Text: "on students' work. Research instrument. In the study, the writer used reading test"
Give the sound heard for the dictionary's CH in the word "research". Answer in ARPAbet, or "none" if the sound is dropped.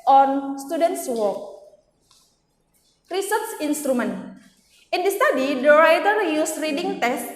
S